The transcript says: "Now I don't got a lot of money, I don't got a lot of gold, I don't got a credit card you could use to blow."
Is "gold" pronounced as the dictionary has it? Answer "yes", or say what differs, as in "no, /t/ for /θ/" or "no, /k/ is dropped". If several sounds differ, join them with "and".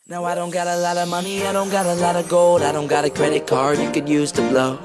yes